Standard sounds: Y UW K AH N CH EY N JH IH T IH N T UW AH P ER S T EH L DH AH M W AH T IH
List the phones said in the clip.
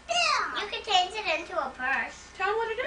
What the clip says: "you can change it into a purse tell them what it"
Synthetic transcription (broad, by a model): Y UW K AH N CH EY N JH IH T IH N T UW AH P ER S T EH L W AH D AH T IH